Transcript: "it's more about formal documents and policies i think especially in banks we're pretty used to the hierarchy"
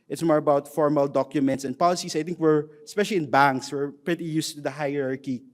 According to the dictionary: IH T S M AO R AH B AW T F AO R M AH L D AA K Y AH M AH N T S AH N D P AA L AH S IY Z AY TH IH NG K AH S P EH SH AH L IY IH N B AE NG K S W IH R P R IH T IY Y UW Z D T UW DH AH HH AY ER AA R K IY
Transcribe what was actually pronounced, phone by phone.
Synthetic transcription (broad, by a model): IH T S M AO R AH B AW T F AO R M AH L D AA K Y AH M AH N T S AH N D P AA L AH S IY S AY T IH NG K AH S P EH SH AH L IY IH N B AE NG K S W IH R P R IH T IY Y UW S T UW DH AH HH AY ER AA R K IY